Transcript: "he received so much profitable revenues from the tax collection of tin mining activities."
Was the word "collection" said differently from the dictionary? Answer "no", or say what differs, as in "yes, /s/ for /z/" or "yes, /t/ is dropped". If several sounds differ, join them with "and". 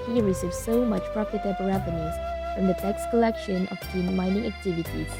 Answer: no